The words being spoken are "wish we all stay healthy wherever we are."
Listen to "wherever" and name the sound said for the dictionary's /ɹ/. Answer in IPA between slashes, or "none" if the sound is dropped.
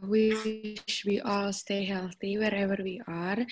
/ɹ/